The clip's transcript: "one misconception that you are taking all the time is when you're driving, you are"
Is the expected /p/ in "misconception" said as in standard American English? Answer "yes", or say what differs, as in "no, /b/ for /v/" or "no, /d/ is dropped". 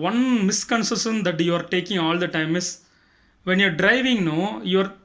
no, /p/ is dropped